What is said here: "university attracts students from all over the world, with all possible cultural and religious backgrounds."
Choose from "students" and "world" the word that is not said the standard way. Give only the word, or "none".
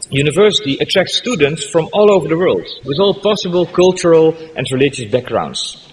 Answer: none